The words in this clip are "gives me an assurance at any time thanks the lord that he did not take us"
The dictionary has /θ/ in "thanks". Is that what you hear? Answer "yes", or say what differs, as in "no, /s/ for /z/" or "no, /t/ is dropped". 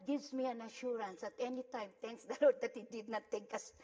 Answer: no, /t/ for /θ/